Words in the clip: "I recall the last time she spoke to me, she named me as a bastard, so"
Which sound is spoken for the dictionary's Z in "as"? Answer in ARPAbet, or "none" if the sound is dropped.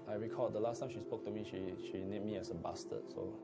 S